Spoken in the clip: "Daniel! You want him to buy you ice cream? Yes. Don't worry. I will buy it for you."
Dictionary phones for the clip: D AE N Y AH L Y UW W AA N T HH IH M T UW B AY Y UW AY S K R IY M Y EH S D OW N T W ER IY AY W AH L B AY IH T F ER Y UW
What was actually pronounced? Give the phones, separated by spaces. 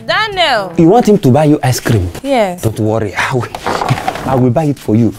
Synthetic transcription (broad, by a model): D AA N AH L Y UW W AA N T HH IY M T UW B AY Y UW AY S K R IY M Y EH D OW N T W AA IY AY W AH L B AY IH T F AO Y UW